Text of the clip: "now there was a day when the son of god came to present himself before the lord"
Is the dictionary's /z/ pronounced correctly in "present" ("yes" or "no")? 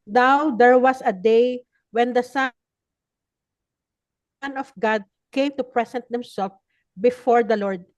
no